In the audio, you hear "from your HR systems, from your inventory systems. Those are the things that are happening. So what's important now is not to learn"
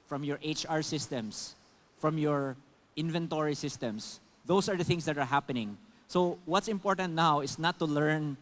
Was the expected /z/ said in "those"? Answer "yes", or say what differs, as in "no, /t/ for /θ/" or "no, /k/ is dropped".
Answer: no, /s/ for /z/